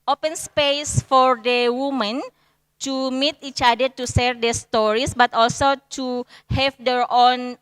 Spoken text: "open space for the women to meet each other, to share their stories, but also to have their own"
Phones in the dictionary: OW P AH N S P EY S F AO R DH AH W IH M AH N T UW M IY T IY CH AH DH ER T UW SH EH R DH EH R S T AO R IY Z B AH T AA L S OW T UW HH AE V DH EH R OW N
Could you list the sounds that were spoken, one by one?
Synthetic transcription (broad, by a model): OW P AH N S P EY S F AO R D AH W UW M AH N T UW M IY T IY CH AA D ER T UW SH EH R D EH S T AO R IY S B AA T AA L S OW T UW HH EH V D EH R OW N